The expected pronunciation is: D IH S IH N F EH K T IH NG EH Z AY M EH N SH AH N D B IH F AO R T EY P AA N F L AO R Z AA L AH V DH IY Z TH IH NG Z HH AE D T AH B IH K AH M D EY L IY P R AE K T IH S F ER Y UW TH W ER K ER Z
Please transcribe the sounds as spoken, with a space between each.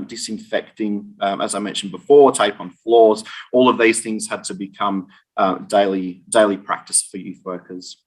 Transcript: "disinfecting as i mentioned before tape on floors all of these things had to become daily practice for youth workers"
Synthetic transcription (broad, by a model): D IH S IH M F EH K T IH NG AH Z AY M EH N SH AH N B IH F AO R T EY P N F L AO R Z AA L AH V DH IY Z TH IH NG Z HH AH D T AH B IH K AH M D EY L IY P R AE K T IH S F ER Y UW TH W ER K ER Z